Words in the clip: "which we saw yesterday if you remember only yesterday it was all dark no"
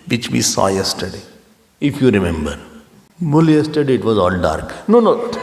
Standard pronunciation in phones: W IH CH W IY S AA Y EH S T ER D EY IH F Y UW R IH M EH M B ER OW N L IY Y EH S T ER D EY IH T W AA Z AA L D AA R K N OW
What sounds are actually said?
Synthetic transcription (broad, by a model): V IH CH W IY S AA Y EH S T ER D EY IH F Y UW R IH M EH M B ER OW L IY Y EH S T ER D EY IH T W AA Z AA L D AA R K N OW